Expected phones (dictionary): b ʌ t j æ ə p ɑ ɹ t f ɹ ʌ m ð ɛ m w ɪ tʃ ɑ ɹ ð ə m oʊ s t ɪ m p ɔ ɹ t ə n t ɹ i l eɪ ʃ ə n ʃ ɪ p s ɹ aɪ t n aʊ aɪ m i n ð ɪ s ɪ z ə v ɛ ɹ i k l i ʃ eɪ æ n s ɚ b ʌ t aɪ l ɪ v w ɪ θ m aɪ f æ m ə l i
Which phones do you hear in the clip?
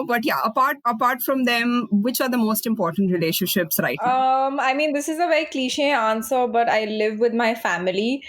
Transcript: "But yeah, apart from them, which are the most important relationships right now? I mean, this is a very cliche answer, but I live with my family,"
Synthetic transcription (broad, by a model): b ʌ t j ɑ ə p ɑ ɹ t f ɹ ʌ m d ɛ m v ɪ tʃ ɑ ɹ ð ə m oʊ s t ɪ m p ɔ ɹ t ə n t ɹ i l eɪ ʃ ə n ʃ ɪ p s ɹ aɪ t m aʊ aɪ m i n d ɪ s ɪ z ə v ɛ ɹ i k l i ʃ eɪ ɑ n s ɚ b ʌ t aɪ l ɪ v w ɪ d m aɪ f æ m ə l i